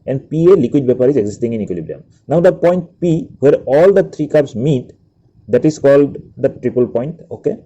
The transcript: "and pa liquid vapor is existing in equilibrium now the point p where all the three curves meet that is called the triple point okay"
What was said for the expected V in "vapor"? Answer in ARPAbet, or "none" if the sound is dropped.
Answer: B